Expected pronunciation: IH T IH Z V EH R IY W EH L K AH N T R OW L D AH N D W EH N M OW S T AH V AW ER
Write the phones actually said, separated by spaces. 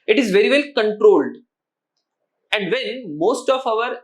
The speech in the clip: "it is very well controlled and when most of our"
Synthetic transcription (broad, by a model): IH T IH Z V EH R IY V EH L K AH N T R OW L D AH N D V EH N M OW S T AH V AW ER